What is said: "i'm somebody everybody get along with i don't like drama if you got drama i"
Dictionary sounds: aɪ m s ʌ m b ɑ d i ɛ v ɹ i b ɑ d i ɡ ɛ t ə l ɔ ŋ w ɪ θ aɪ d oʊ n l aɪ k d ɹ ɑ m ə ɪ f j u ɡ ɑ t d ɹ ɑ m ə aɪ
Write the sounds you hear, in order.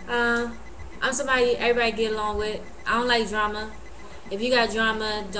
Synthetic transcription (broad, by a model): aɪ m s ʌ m ɑ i ɛ v ɹ i b ɑ d i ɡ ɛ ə l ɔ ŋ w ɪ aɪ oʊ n l aɪ k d ɹ ɑ m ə ɪ f j u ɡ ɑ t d ɹ ɑ m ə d